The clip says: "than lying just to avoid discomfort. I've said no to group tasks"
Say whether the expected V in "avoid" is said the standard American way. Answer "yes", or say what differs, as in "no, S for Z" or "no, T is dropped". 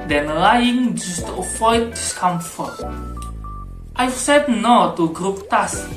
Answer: no, F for V